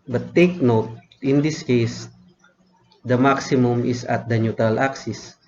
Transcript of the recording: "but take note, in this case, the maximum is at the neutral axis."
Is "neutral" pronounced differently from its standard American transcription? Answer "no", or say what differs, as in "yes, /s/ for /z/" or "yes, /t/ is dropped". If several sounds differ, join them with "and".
yes, /ɹ/ is dropped